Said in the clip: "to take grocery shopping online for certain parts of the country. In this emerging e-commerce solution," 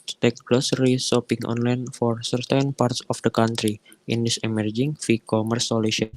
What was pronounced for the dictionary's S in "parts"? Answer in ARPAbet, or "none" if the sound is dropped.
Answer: S